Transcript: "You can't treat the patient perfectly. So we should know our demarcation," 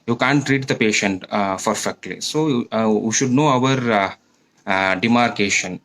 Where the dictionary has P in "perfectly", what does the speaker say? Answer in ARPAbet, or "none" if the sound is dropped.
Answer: F